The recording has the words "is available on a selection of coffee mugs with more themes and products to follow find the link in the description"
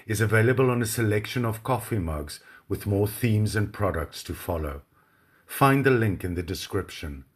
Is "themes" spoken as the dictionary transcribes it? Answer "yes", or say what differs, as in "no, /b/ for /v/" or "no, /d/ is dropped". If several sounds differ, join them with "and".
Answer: yes